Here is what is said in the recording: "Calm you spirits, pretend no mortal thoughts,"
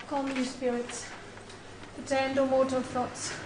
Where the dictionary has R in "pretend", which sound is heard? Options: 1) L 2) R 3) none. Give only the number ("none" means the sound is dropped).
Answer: 3